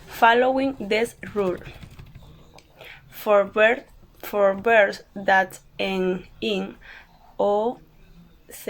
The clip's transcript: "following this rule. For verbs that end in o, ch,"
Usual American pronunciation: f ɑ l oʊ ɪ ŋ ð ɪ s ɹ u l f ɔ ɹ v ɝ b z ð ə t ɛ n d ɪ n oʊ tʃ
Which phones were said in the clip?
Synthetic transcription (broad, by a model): f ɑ l oʊ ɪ ŋ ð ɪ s ɹ u l f ɔ ɹ b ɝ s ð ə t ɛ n ɪ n oʊ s